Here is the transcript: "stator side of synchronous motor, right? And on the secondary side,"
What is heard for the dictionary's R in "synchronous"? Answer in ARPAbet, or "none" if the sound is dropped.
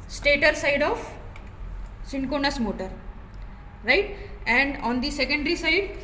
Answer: none